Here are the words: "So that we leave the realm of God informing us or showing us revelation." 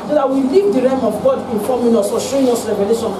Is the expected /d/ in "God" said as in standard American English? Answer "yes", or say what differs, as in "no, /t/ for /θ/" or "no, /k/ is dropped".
yes